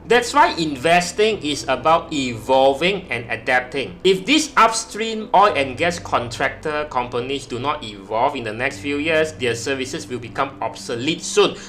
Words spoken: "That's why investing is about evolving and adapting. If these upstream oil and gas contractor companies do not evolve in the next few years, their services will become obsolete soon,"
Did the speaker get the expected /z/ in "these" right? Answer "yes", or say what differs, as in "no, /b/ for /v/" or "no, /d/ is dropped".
no, /s/ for /z/